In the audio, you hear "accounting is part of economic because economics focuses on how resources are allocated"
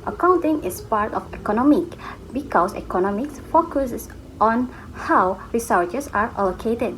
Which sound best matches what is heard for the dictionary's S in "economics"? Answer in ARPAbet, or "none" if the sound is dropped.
S